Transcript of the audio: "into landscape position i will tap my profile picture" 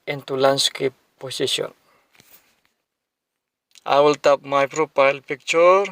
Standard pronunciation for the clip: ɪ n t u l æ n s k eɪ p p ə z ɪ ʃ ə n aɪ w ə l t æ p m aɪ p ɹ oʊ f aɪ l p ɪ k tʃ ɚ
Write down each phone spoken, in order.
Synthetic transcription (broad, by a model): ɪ n t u l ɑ n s k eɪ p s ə s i ə n aɪ w ə l t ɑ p m aɪ p ɹ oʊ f aɪ l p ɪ k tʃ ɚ